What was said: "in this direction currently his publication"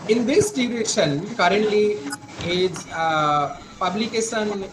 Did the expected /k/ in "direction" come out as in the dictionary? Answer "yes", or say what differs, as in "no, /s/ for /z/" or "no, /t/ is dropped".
no, /k/ is dropped